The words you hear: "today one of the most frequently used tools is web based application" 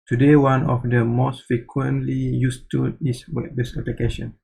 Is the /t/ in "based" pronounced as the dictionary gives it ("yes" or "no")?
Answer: no